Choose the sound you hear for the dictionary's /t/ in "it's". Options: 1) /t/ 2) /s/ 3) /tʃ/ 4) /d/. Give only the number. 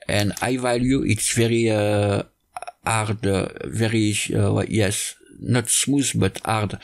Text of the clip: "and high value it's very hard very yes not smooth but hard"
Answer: 1